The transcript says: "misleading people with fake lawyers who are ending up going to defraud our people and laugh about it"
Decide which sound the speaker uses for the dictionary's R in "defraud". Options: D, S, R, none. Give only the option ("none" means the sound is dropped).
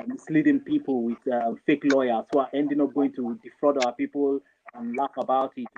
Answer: R